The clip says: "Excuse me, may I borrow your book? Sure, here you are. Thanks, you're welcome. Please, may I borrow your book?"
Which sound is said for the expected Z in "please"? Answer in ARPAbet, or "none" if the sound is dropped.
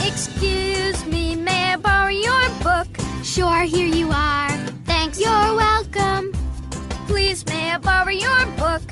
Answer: Z